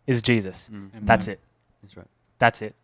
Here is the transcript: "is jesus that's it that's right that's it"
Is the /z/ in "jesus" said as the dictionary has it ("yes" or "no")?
yes